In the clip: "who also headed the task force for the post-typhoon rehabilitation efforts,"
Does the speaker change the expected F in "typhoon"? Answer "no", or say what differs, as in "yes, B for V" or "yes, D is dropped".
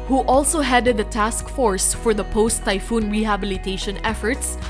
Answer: no